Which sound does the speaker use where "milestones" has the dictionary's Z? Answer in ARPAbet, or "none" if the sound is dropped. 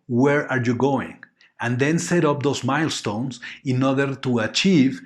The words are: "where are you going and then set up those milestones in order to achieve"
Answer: S